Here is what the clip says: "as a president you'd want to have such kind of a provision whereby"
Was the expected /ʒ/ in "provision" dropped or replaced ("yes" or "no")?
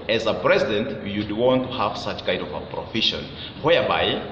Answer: yes